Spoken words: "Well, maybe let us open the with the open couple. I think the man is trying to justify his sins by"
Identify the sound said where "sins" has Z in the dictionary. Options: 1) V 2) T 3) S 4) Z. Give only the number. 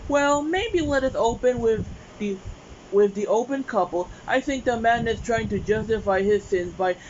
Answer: 4